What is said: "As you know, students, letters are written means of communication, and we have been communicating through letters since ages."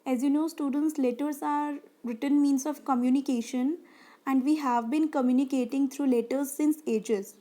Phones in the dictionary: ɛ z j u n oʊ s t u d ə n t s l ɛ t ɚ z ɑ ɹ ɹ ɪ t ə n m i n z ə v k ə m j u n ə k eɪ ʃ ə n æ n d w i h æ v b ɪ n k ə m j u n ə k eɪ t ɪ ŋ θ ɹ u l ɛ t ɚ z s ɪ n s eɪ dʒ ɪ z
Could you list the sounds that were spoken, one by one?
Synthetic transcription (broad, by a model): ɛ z j u n oʊ s t u d ə n t s l ɛ t ɚ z ɑ ɹ ɹ ɪ t ə n m i n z ə v k ə m j u n ə k eɪ ʃ ə n æ n d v i h æ v b ɪ n k ə m j u n ə k eɪ t ɪ ŋ t ɹ u l ɛ t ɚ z s ɪ n s eɪ dʒ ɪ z